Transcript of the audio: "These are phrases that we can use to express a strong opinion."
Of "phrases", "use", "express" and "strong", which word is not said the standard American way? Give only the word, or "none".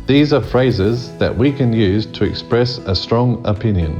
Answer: none